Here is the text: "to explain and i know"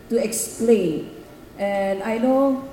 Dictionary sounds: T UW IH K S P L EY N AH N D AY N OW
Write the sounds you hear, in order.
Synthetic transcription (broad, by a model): T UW IH K S P L EY N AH N AY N OW